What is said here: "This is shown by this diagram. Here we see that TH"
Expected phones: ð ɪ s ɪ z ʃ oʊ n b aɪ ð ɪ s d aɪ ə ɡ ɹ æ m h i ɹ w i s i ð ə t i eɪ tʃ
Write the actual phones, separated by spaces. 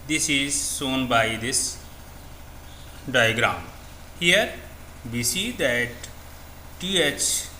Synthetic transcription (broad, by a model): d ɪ s ɪ z s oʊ n b aɪ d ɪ s d aɪ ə ɡ ɹ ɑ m h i ɹ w i s i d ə t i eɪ tʃ